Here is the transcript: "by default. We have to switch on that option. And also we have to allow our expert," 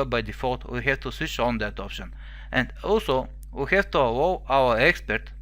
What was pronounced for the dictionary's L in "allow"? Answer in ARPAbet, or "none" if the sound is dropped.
W